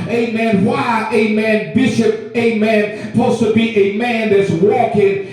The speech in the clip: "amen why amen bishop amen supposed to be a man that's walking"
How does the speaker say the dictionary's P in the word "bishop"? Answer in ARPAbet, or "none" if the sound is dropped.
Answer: P